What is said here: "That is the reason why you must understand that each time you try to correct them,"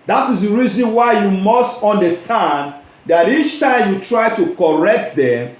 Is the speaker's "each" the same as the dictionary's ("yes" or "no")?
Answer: yes